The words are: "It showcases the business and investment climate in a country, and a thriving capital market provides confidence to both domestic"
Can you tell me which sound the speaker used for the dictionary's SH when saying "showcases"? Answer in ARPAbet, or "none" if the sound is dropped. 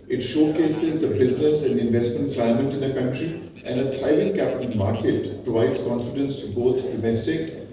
SH